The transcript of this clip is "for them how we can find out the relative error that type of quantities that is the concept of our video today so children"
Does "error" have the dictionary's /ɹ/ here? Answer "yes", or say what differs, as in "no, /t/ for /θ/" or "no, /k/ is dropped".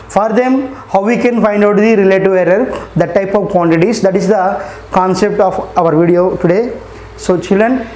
yes